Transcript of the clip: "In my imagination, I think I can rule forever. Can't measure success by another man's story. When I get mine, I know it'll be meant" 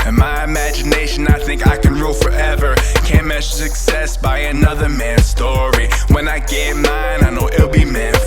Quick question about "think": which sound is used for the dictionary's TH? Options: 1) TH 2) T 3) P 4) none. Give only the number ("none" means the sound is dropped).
1